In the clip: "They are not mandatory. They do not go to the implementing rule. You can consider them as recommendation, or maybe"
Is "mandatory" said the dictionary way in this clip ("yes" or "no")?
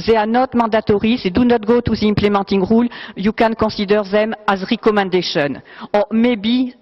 no